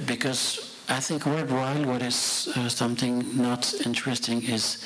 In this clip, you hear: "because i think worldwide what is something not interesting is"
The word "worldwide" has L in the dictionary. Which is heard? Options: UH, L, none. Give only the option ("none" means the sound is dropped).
none